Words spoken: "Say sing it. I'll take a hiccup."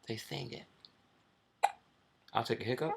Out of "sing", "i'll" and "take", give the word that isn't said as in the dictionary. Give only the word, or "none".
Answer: sing